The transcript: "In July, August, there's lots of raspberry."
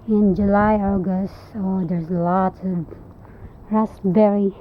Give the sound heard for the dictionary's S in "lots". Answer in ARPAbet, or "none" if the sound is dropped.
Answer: none